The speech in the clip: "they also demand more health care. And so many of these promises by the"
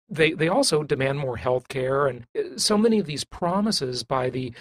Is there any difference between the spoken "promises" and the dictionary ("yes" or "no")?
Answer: no